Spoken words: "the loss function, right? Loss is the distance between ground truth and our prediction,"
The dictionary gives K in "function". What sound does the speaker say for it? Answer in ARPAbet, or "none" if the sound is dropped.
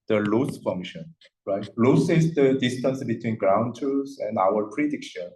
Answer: none